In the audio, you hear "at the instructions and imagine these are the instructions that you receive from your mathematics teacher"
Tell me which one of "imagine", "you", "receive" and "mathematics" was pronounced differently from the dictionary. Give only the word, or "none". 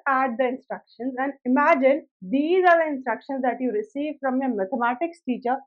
mathematics